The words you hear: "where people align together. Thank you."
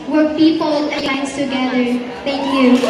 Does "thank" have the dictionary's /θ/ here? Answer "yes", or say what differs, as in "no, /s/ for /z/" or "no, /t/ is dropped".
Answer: no, /t/ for /θ/